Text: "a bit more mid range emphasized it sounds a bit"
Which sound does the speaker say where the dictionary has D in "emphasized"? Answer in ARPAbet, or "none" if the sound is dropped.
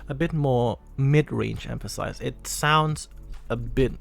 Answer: none